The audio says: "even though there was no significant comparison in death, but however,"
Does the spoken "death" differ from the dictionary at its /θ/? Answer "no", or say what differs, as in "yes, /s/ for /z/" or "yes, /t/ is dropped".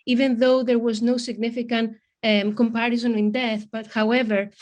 no